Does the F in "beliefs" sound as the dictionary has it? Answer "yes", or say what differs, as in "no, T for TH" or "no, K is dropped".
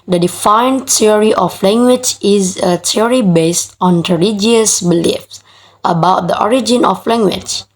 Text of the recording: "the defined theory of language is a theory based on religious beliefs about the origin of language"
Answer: yes